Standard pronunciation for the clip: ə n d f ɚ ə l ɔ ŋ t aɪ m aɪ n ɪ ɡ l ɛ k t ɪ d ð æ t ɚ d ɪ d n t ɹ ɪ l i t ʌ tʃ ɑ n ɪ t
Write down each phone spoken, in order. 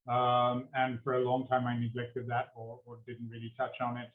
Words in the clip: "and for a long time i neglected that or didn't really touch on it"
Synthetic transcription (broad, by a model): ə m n f ɚ ə l ɔ ŋ t aɪ m aɪ n ɪ ɡ l ɛ k t ɪ d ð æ t ɚ d ɪ d n t ɹ ɪ l i t ʌ tʃ n ɪ t